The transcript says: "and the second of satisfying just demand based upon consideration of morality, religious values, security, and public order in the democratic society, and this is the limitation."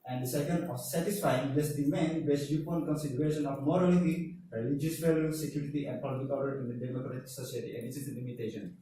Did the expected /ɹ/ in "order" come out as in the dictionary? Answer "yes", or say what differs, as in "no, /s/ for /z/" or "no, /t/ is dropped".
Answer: no, /l/ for /ɹ/